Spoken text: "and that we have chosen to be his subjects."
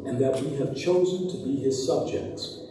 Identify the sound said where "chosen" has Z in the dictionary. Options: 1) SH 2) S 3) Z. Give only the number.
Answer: 3